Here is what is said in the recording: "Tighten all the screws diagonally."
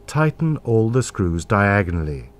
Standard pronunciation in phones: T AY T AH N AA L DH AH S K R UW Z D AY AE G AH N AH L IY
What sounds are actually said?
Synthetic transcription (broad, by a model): T AY T N AA L DH AH S K R UW Z D AY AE G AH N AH L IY